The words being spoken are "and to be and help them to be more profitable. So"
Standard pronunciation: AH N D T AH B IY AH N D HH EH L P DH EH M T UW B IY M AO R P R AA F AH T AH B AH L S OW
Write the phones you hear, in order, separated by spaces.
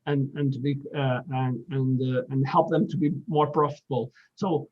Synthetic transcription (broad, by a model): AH N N T AH B IY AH N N HH EH L P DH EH M T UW B IY M AO R P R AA F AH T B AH L S OW